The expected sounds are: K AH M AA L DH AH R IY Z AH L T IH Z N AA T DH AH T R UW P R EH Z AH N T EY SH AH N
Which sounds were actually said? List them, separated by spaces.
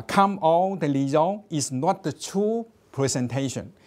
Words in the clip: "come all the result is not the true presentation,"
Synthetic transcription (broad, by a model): K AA M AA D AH L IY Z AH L IH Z N AA T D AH T R UW P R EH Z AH N T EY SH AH N